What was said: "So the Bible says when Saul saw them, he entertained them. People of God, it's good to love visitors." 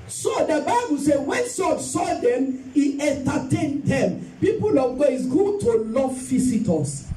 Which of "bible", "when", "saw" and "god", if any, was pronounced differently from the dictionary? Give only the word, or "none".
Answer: god